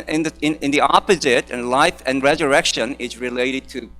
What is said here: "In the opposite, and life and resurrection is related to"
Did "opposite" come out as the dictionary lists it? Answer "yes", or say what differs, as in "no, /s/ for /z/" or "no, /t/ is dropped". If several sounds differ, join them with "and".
yes